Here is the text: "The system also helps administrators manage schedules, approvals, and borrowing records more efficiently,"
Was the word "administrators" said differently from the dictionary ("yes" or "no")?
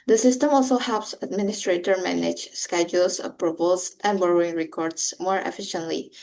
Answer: yes